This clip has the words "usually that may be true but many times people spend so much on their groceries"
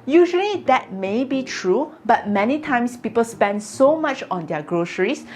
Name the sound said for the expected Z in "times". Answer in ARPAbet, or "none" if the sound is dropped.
S